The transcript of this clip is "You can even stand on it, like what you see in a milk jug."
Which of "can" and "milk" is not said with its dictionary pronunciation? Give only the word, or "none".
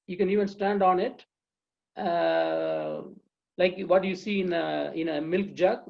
none